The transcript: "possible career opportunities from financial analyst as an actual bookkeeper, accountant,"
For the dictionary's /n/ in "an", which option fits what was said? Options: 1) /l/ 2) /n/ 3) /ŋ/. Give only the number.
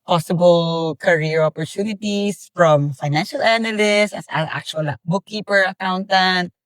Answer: 1